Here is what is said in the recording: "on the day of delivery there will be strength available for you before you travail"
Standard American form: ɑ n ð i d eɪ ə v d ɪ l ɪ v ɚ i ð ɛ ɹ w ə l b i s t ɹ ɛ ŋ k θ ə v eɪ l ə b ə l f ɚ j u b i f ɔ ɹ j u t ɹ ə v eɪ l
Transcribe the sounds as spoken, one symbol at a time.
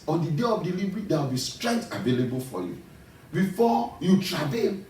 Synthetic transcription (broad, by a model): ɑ n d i d eɪ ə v d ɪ l i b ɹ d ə w b i s t ɹ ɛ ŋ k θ ə v eɪ l ə b ə l f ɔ j u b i f ɔ j u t ɹ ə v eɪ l